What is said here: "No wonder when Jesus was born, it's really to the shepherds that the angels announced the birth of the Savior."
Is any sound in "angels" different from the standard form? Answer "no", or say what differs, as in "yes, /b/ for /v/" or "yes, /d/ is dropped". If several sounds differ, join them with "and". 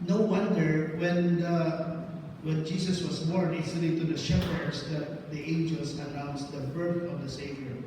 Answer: yes, /s/ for /z/